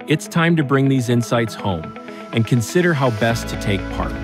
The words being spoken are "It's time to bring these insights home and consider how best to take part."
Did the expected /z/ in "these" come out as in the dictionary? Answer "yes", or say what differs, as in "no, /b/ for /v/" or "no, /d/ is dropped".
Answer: yes